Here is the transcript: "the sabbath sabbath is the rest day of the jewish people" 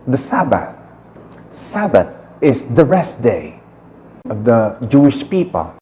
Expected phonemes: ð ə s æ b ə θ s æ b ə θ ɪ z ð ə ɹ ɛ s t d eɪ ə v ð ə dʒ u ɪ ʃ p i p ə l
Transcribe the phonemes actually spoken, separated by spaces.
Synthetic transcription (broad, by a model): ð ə s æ b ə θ s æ b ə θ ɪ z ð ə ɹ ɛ s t d eɪ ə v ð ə dʒ u ɪ ʃ p i p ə l